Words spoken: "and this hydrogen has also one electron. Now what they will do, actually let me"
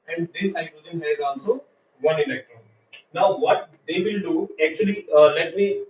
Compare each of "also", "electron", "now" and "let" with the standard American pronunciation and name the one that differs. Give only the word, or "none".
also